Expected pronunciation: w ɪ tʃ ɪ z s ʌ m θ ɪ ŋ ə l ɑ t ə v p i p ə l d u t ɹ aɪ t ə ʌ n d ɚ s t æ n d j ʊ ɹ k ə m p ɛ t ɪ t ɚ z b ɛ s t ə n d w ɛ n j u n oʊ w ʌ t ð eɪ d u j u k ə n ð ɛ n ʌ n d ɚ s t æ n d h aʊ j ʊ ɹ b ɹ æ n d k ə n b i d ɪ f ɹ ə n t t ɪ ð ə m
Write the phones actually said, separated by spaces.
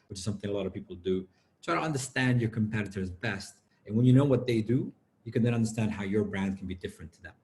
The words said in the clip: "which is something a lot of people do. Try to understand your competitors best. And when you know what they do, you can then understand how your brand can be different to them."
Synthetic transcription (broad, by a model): w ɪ tʃ ɪ z s ʌ m θ ɪ ŋ ə l ɑ t ə v p i p l d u t ɹ aɪ t ə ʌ n d ɚ s t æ n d j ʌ ɹ k ə m p ɛ t ɪ t ɚ z b ɛ s t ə n w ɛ n j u n oʊ w ʌ t ð eɪ d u j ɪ k ə n ð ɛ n ʌ n d ɚ s t æ n d h aʊ j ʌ ɹ b ɹ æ n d k n b i d ɪ f ɹ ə n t t ɪ ð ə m